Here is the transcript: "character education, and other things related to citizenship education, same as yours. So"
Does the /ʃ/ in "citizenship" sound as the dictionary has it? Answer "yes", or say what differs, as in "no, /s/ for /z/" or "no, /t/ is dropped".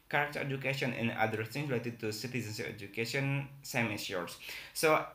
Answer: no, /s/ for /ʃ/